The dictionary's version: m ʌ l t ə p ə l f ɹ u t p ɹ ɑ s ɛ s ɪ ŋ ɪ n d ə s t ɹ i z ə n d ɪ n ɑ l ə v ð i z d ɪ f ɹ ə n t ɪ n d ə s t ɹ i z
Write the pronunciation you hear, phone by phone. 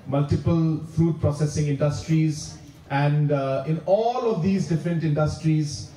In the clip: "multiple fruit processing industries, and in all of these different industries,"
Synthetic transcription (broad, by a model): m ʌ l t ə p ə l f ɹ u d p ɹ ɑ s ɛ s ɪ ŋ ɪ n d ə s t ɹ i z ə n d ɪ n ɑ l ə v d i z d ɪ f ɹ ə n t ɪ n d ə s t ɹ i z